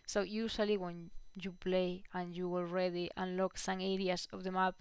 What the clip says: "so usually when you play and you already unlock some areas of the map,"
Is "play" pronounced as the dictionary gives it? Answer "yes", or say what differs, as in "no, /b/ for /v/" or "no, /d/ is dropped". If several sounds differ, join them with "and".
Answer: yes